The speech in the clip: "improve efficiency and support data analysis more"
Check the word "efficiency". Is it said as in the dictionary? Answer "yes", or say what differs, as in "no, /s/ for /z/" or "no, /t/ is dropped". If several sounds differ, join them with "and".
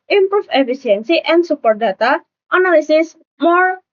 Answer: no, /s/ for /ʃ/